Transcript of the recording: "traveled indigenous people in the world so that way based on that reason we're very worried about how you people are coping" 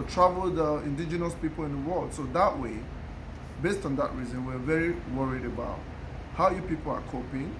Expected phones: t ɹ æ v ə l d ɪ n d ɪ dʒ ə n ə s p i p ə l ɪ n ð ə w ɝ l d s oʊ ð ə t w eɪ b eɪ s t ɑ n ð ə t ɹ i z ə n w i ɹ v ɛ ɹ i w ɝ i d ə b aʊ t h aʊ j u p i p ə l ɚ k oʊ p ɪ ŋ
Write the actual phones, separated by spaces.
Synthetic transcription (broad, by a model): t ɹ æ v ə l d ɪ n d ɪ dʒ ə n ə s p i p ə l ɪ n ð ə w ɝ l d s oʊ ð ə t w eɪ b eɪ s t ɑ n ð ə t ɹ i z ə n w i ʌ v ɛ ɹ i w ɝ i d ə b aʊ t h aʊ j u p i p ə l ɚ k oʊ p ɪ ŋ